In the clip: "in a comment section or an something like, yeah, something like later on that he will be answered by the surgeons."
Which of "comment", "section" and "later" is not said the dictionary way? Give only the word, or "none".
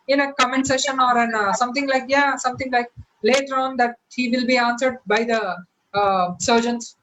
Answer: section